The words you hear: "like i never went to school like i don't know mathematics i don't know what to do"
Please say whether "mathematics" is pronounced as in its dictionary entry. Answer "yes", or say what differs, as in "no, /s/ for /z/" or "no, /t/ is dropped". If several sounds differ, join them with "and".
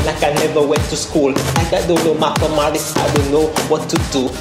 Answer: no, /k/ is dropped